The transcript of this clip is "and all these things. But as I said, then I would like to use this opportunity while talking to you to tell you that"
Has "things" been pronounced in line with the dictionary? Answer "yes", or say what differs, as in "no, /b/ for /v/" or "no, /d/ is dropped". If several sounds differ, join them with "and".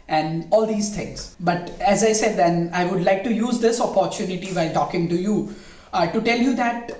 no, /t/ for /θ/